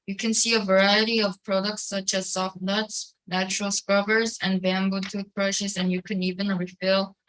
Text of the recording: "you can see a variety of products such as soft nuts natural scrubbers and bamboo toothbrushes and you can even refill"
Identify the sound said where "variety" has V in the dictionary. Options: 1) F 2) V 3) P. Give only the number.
2